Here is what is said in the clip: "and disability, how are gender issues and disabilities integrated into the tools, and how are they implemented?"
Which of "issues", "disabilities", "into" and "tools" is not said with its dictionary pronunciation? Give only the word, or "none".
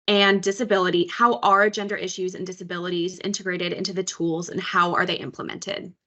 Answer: none